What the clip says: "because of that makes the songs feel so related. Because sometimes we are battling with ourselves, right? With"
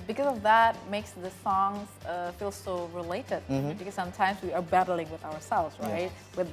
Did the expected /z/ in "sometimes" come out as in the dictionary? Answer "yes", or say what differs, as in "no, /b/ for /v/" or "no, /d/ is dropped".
yes